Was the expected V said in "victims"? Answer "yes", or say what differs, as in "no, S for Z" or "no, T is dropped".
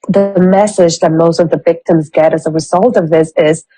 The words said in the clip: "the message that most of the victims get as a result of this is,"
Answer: yes